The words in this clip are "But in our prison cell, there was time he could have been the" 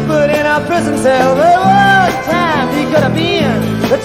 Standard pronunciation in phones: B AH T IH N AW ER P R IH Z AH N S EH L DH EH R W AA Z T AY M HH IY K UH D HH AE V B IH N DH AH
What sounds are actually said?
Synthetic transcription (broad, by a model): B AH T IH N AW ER P R IH Z AH N S EH L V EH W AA T AY M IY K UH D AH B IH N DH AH